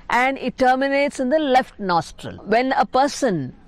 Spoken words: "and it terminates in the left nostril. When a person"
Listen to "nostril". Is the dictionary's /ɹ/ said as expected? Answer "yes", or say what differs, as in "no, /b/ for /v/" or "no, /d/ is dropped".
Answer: yes